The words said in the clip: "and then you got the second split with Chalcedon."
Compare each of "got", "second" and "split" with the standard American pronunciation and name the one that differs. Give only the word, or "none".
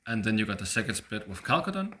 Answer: split